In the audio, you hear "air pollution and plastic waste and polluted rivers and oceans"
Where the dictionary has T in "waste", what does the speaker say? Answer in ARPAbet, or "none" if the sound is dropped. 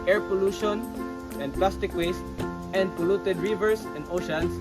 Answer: T